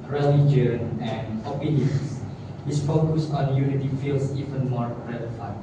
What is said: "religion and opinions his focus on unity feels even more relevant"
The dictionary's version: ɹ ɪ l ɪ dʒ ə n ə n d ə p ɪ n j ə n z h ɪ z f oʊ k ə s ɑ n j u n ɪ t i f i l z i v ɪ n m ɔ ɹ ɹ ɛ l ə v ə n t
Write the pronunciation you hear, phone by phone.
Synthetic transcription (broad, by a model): ɹ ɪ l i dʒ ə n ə n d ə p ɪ n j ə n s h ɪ s f oʊ k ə s ɑ n j u n ɪ t i f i l s i v ɪ n m ɔ ɹ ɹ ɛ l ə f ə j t